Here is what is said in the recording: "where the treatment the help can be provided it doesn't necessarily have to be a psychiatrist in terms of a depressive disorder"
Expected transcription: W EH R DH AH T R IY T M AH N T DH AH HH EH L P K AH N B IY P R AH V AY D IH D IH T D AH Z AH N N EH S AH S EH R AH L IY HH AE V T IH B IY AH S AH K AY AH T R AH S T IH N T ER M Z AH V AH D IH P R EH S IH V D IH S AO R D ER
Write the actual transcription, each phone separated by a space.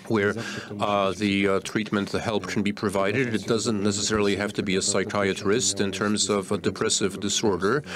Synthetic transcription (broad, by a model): W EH R DH AH T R IY T M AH N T DH AH HH EH L P K N B IY P R AH V AY D IH D IH T D AH Z AH N N EH S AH S EH R L IY HH AE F T IH B IY AH S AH K AY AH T R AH S T IH N T ER M Z AH V AH D IH P R EH S IH V D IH S AO R D ER